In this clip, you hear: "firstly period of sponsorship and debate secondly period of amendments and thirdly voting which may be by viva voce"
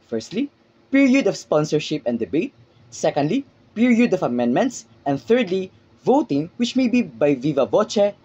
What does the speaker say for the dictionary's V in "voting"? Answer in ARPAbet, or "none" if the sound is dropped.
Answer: V